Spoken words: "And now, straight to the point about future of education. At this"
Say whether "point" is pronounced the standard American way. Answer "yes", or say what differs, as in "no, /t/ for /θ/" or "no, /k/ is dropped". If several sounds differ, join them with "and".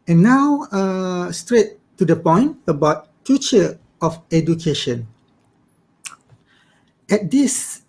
yes